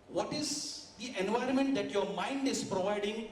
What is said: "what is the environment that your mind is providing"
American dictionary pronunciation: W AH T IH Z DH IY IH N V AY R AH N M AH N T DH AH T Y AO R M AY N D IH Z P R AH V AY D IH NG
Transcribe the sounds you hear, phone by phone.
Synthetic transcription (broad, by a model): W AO T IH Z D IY IH N V AY R AH N M AH N T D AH T Y AO R M AY N D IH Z P R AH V AY D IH NG